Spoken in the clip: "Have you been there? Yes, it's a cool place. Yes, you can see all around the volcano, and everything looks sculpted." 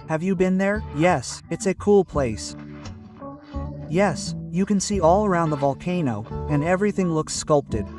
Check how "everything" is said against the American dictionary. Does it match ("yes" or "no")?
yes